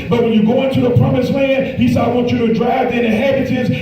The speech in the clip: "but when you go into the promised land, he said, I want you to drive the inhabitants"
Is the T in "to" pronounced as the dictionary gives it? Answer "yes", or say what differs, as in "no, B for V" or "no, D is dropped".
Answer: yes